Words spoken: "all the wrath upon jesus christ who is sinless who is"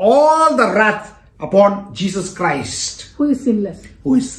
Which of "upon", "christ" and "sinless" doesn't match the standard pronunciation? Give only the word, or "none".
sinless